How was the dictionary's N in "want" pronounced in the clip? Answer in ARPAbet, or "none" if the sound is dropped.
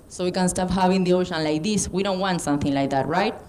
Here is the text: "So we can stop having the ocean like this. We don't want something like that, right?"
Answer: N